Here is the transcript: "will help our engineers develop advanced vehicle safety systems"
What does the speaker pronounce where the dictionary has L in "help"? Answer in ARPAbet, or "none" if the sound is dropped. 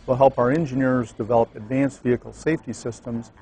L